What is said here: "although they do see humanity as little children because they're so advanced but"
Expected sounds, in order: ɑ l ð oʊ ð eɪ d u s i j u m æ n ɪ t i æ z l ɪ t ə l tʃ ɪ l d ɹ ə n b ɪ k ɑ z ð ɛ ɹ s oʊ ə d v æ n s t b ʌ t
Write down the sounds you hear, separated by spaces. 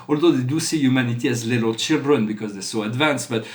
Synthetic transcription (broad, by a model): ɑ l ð oʊ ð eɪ d u s i j u m æ n ɪ t i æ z l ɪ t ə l tʃ ɪ l d ɹ ə n b ɪ k ɑ z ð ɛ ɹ s oʊ ə d v æ n s t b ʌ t